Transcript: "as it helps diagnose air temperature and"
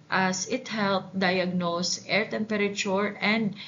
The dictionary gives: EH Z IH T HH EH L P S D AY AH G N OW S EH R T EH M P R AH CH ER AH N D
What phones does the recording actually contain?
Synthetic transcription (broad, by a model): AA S IH T HH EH L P D AY AH G N OW S EH R T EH M P R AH CH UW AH N D